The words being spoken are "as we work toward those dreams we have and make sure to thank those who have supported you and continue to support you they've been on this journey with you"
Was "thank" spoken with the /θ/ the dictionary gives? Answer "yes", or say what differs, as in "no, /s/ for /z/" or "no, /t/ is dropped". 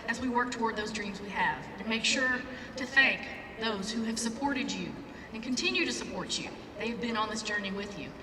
yes